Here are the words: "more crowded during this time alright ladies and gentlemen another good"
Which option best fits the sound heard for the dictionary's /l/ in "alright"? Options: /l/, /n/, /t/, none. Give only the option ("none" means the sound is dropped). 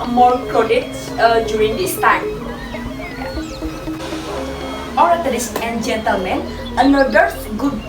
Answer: none